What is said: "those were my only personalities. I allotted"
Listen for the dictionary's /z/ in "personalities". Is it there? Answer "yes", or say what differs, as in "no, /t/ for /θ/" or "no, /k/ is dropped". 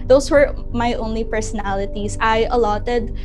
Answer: no, /s/ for /z/